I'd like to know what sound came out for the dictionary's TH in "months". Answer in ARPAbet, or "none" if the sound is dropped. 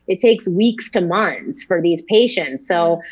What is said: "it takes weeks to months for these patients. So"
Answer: TH